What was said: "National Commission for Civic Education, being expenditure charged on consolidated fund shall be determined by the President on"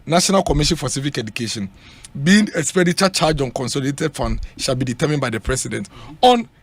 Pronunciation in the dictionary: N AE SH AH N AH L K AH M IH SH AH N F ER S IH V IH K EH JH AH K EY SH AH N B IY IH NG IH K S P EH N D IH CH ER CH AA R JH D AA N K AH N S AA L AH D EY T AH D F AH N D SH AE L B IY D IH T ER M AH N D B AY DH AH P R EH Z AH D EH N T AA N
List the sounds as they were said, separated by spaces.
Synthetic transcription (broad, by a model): N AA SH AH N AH L K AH M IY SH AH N F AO S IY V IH K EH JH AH K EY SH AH N B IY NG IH S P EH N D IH CH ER CH AA JH AA N K AH N S AA L AH D EY T AH D F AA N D SH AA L B IY D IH T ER M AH N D B AY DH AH P R EH S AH D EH N T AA N